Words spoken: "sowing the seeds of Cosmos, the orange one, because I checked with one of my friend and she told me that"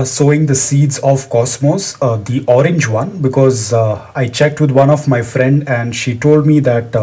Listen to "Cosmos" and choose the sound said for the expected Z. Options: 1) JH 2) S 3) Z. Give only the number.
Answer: 2